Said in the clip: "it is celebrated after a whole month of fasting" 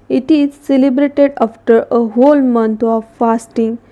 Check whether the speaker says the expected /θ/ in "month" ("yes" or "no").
no